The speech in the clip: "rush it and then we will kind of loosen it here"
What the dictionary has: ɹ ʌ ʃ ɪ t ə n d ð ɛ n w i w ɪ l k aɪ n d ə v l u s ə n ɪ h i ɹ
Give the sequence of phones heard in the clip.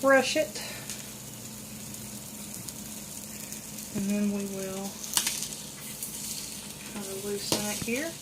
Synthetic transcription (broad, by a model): ɹ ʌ ʃ ɪ t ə n ð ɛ n w i w ɪ l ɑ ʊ d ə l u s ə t h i ɹ